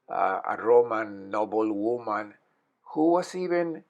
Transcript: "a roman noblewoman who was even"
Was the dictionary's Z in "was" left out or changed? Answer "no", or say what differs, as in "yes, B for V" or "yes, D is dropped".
yes, S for Z